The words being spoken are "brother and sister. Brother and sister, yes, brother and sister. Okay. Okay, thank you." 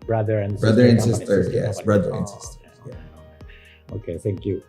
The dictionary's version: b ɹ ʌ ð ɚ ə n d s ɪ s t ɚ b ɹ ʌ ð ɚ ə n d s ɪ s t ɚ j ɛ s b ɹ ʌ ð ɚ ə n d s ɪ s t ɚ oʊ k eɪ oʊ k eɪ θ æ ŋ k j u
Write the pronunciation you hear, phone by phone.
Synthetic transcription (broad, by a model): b ɹ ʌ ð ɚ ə n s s b ɹ ʌ ð ɚ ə n s ɪ s t ɚ j ɛ s b ɹ ʌ ð ɚ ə n s ɪ s t ɚ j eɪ oʊ k eɪ θ æ ŋ k j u